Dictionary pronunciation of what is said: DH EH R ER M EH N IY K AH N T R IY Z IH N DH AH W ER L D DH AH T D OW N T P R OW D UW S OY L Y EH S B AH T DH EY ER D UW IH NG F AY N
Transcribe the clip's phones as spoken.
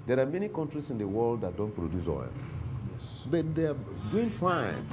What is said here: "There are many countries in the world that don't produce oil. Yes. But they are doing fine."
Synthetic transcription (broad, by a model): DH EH R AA M EH N IY K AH N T R IY S IH N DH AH W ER L D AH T D OW N T P R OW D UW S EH N Y EH S B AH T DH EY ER D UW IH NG F AY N